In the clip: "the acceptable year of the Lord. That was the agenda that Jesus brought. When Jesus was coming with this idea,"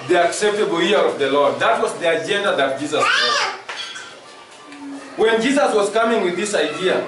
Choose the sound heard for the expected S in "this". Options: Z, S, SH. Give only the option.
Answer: S